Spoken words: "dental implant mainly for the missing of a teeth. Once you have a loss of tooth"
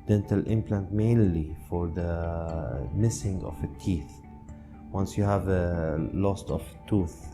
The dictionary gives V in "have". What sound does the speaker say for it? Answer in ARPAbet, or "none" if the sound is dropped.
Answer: V